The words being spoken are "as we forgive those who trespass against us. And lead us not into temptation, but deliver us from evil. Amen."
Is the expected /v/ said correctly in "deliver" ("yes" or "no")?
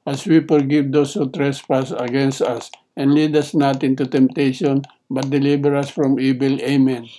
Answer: no